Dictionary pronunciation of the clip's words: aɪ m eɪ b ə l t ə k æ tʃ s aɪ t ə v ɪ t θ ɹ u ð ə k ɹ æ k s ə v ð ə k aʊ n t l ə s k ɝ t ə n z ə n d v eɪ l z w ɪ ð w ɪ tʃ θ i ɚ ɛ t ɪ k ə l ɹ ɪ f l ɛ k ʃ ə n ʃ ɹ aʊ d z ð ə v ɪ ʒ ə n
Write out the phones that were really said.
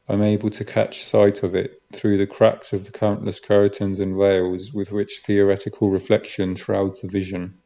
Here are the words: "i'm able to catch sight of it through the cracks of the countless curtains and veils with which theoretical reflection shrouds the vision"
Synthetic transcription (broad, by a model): aɪ m eɪ b ə l t ə k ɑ tʃ s aɪ t ə v ɪ t θ ɹ u ð ə k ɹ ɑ k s ə v ð ə k aʊ n t l ə s k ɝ t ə n z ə n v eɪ l z w ɪ ð w ɪ tʃ θ i ɚ ɛ t ɪ k ə l ɹ ɪ f l ɛ k ʃ ə n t ɹ aʊ d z ð ə v ɪ ʒ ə n